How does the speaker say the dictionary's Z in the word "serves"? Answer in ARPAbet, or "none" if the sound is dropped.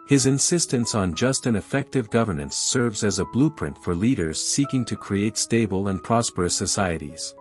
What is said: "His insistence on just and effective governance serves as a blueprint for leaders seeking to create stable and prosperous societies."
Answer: Z